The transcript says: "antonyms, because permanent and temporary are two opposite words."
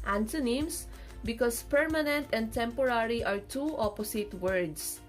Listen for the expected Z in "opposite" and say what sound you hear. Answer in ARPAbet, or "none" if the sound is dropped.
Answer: S